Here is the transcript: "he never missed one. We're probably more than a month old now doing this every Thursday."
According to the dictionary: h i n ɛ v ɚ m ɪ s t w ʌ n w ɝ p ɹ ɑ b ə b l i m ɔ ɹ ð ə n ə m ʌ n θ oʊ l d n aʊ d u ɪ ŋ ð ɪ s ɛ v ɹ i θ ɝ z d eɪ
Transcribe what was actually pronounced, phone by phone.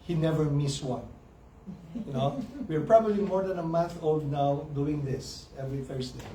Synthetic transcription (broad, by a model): h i n ɛ v ɚ m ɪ s w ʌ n w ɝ p ɹ ɑ b ə b l i m ɔ ɹ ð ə n ə m ʌ n θ oʊ l d n aʊ d u ɪ ŋ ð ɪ s ɛ v ɹ i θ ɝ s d eɪ